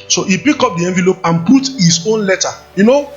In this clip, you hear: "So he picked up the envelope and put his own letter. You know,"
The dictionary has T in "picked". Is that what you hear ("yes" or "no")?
no